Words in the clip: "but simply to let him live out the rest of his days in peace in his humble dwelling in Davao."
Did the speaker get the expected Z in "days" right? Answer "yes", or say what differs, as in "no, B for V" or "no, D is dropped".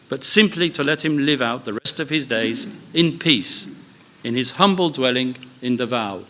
yes